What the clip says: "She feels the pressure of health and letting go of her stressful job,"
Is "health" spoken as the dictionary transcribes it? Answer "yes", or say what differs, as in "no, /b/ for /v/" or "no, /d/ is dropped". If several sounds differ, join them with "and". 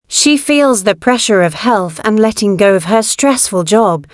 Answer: yes